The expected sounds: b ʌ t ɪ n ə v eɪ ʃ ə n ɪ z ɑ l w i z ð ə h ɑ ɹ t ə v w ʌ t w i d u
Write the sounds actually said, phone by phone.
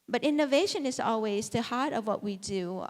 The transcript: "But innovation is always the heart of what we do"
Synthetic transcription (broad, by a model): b ʌ t ɪ n ə v eɪ ʃ ə n ɪ z ɑ l w i z ð ə h ɑ ɹ t ə v w ʌ t w i d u